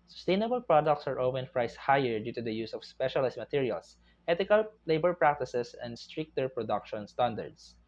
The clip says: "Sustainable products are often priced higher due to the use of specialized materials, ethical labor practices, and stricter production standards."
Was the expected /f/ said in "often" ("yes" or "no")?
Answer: no